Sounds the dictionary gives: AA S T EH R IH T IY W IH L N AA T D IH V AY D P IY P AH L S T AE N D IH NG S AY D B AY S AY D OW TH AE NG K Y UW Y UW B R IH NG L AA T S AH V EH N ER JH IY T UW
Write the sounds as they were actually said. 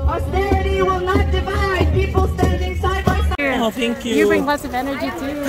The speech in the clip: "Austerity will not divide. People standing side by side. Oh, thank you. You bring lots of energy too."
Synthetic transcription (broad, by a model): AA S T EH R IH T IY W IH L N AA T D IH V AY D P IY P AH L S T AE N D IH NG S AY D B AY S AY OW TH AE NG K Y UW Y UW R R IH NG L AA T S AH V EH N ER JH IY T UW